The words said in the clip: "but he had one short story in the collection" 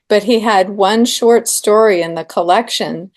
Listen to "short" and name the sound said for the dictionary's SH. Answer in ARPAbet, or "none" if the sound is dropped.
SH